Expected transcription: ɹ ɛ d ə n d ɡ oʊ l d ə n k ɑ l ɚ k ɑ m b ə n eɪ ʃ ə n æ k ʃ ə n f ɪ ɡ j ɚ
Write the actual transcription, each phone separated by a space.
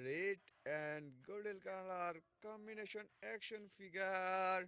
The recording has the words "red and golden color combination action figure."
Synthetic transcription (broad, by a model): ɹ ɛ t ə n d ɡ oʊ d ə l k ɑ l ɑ k ɑ m b ə n eɪ ʃ ə n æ k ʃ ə n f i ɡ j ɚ